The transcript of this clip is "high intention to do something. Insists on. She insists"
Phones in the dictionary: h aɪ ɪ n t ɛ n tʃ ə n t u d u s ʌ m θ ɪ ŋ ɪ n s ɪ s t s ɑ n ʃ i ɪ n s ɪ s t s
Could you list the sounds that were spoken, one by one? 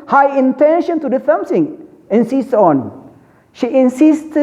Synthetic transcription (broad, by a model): h aɪ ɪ n t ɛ n ʃ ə n t u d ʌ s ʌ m s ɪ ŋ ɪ n s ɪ s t ɑ n ʃ i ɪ n s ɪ s t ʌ